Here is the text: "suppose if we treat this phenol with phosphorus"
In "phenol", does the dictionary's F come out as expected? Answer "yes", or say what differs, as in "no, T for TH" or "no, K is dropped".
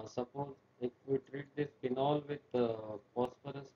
no, P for F